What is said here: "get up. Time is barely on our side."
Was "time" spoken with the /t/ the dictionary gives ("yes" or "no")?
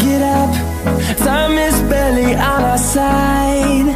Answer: no